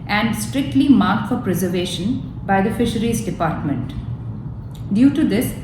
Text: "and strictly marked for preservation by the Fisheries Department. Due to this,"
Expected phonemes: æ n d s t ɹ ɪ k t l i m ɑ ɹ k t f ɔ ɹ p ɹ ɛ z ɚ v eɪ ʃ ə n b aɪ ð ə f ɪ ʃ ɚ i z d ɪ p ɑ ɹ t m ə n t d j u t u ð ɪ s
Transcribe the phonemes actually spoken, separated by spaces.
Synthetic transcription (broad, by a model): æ n d s t ɹ ɪ k t l i m ɑ ɹ k t f ɔ ɹ p ɹ ɛ z ɚ v eɪ ʃ ə n b aɪ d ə f ɪ ʃ ɚ i z d ɪ p ɑ ɹ t m ə n t d j u t u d ɪ s